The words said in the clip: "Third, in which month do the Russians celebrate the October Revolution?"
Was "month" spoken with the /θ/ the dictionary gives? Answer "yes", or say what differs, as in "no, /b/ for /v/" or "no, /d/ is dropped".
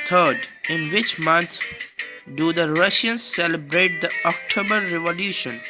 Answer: no, /t/ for /θ/